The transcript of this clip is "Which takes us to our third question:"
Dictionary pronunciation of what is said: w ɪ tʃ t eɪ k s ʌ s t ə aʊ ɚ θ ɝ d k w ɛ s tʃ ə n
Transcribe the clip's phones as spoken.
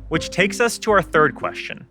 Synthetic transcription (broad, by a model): w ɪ tʃ t eɪ k s ʌ s t ə aʊ ɚ θ ɝ d k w ɛ s tʃ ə n